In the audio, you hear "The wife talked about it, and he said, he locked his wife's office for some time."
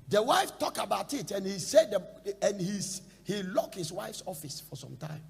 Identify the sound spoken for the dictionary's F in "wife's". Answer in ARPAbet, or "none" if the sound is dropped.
F